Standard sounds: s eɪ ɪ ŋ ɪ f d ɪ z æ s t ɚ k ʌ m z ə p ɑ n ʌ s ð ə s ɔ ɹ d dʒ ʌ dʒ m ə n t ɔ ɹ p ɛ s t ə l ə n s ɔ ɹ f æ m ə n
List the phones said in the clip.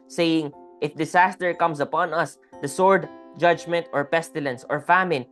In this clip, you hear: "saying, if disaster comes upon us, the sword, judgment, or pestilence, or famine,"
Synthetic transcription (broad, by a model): s eɪ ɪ ŋ ɪ f d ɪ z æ s t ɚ k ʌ m s ə p ɑ n ʌ s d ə s ɔ ɹ d dʒ ʌ dʒ m ə n t ɔ ɹ p ɛ s t ə l ə n s ɔ ɹ f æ m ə n